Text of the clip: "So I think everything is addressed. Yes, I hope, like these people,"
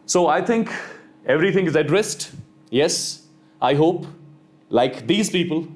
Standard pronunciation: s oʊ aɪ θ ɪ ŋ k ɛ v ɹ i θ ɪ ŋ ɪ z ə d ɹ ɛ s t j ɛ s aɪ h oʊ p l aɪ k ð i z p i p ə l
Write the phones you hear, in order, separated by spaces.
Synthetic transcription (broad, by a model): s oʊ aɪ t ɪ ŋ k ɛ v ɹ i t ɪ ŋ ɪ z ə d ɹ ɛ s t j ɛ s aɪ h oʊ p l aɪ k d i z p i p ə l